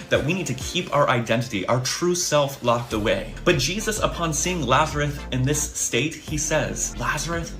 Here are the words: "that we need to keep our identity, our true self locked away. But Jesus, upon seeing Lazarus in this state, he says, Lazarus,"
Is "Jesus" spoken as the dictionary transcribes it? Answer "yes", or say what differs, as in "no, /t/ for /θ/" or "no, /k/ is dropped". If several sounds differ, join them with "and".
yes